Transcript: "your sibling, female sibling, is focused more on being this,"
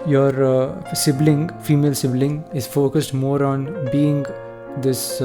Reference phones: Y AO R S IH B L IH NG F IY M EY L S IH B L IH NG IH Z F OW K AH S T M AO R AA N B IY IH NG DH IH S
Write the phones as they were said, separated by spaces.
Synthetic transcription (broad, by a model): Y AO R S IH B L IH NG F IY M EY L S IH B L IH NG IH Z F OW K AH S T M AO R AA N B IY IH NG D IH S